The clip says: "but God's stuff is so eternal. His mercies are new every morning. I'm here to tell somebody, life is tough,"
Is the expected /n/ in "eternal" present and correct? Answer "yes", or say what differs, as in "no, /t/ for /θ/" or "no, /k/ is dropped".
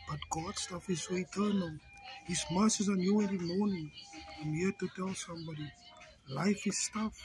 yes